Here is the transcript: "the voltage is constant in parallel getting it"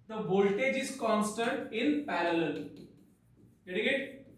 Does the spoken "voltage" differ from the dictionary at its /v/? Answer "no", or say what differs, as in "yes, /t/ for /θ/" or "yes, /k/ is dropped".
yes, /b/ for /v/